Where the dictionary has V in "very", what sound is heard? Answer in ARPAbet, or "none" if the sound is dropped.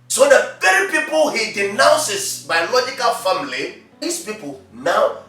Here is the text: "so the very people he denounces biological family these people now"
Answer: P